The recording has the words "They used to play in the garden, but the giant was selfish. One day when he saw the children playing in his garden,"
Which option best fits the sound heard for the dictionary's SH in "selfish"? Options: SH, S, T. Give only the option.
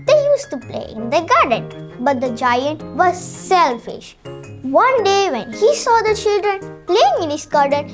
SH